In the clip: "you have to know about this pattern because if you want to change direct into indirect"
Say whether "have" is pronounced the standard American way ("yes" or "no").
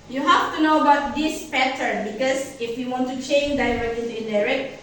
no